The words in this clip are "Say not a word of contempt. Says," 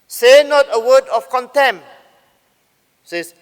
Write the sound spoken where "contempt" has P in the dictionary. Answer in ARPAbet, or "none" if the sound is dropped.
none